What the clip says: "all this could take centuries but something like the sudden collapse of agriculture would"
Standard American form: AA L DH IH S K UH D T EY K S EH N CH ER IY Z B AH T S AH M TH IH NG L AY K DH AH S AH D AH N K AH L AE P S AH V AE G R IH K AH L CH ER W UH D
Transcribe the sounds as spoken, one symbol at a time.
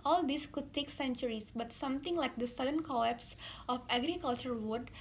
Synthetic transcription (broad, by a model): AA L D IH S K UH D T EY K S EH N CH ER IY S B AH T S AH M T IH NG L AY K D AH S AH D AH N K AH EH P S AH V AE G R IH K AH L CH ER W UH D